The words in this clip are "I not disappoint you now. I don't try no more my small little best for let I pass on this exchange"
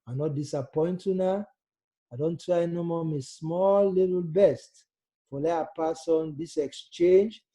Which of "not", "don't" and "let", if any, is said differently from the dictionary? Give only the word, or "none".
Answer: let